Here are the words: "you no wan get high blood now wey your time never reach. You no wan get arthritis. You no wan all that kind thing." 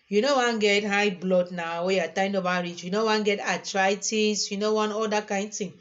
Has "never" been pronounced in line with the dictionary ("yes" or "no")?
no